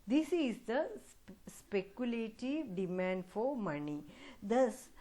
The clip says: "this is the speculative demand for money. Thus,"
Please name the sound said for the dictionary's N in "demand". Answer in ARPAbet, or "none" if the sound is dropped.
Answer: N